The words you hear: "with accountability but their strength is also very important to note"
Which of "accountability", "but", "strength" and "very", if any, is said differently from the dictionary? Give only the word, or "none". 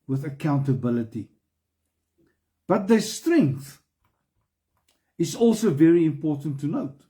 none